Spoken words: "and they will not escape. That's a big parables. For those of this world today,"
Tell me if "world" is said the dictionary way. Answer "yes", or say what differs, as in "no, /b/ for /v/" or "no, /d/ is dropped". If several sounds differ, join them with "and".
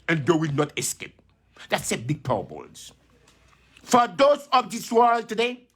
yes